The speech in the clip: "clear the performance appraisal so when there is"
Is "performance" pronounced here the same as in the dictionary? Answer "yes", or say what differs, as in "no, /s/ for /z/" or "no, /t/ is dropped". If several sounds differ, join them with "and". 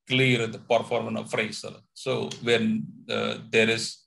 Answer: no, /s/ is dropped